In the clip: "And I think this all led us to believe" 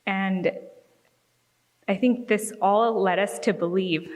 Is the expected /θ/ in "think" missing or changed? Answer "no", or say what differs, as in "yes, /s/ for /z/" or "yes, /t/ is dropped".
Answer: no